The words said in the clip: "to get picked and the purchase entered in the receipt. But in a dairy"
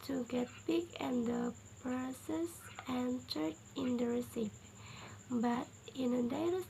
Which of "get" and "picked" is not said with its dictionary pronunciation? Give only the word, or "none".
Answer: picked